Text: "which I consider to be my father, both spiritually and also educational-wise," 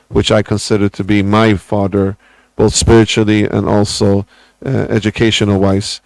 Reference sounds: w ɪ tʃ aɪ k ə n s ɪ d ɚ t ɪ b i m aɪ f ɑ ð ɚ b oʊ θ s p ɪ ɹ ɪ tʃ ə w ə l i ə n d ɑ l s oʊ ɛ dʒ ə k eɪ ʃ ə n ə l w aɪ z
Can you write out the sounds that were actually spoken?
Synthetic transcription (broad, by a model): w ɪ tʃ aɪ k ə n s ɪ d ɚ t ɪ b i m aɪ f ɑ ð ɚ b oʊ θ s p ɪ ɹ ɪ tʃ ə l i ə n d ɑ l s oʊ ɛ dʒ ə k eɪ ʃ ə n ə l w aɪ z